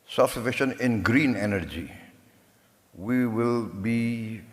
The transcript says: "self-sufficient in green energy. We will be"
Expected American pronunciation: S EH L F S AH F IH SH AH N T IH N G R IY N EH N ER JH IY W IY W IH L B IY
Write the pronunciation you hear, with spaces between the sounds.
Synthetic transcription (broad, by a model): S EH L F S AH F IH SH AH N IH N G R IY N EH N ER JH IY W IY W IH L B IY